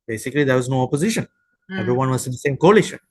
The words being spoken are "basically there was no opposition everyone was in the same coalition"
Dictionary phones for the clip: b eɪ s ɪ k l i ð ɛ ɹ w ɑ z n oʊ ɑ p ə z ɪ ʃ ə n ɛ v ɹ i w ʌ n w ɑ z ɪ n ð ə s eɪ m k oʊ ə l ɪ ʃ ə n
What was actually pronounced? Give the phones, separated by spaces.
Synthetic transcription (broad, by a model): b eɪ s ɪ k l i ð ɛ ɹ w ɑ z n oʊ ɑ p ə z ɪ ʃ ə n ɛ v ɹ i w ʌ n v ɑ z ɪ n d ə s eɪ m k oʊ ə l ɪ ʃ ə n